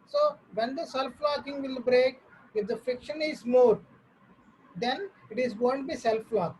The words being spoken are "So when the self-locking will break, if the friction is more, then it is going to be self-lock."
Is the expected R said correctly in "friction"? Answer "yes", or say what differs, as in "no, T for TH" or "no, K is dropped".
no, R is dropped